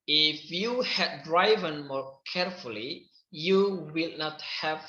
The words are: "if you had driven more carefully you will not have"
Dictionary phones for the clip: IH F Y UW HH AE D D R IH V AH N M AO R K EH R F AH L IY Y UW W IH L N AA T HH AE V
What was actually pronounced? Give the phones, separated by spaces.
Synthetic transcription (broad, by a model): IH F Y UW HH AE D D R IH V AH N M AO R K EH R F AH L IY Y UW W IH L N AA T HH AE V